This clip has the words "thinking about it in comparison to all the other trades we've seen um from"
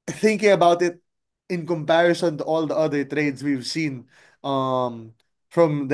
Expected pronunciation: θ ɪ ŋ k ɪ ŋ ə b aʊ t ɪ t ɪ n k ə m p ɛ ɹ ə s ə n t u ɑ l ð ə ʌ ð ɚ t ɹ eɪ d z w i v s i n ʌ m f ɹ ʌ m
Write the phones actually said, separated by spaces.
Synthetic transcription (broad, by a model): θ ɪ ŋ k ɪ ŋ ə b aʊ t ɪ t ɪ n k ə m p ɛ ɹ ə s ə n t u ɑ l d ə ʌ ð ɚ t ɹ eɪ d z w i v s i n ʌ m f ɹ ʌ m